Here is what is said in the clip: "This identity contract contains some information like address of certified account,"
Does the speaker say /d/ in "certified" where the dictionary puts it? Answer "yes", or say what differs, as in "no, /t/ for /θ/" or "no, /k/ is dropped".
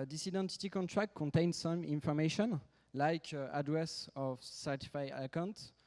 no, /d/ is dropped